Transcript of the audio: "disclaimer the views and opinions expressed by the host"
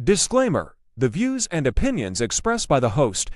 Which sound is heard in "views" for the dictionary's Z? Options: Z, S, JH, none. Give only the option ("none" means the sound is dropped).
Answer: Z